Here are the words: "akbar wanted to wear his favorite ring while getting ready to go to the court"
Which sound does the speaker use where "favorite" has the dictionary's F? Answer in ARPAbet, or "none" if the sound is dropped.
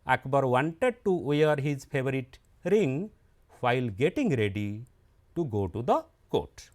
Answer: P